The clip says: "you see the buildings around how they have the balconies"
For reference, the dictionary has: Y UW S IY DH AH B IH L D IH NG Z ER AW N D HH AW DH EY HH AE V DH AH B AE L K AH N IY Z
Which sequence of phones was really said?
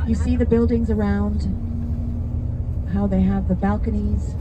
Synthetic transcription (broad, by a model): Y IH S IY DH AH B IH L D IH NG Z ER AW N D HH AW DH EY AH V DH AH B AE L K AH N IY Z